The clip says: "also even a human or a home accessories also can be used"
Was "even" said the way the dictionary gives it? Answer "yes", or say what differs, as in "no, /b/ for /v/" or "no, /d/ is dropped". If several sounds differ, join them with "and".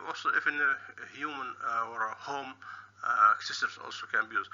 no, /f/ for /v/